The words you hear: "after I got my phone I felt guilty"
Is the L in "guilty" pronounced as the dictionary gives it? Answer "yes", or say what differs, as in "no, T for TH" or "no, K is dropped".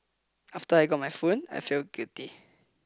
no, L is dropped